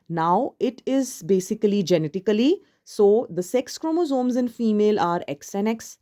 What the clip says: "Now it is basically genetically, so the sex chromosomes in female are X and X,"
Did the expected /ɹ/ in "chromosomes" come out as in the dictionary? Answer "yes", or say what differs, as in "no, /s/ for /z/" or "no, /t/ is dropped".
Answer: yes